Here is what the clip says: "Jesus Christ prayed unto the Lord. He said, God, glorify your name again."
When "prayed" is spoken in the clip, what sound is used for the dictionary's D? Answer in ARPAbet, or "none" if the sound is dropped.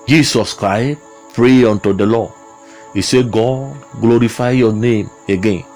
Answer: none